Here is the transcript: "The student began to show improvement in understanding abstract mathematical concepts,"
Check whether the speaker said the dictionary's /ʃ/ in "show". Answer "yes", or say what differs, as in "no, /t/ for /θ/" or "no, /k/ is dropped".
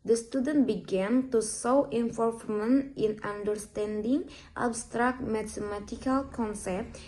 no, /s/ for /ʃ/